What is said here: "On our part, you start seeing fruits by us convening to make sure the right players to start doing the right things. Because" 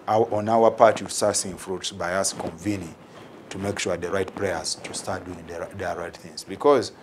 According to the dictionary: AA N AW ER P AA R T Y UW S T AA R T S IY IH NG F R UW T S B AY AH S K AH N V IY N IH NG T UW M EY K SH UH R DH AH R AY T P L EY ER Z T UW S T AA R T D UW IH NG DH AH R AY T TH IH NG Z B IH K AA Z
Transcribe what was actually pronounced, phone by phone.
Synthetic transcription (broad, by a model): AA N AW ER P AA R T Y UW S T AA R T S IY IH NG F R UW T S B AY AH S K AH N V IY N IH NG T UW M EY K SH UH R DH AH R AY T P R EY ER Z T UW S T AA R T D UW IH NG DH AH R AY T TH IH NG Z B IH K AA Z